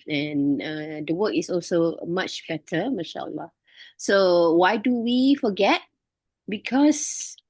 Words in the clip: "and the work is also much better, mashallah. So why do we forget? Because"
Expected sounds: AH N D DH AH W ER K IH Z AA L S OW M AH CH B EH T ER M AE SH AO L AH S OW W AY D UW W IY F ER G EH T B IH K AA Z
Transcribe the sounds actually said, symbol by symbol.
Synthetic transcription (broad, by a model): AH N D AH W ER K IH S AA L S OW M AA CH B EH T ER M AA SH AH L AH S OW W AY D UW W IY F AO G EH T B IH K AA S